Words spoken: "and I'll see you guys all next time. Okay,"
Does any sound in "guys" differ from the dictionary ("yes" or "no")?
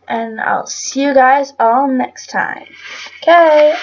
no